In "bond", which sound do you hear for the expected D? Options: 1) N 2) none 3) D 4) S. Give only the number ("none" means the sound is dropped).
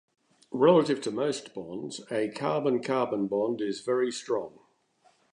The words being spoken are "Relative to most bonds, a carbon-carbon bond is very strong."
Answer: 3